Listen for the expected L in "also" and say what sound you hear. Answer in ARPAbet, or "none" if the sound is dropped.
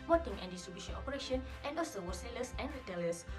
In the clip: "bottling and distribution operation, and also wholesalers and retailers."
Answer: none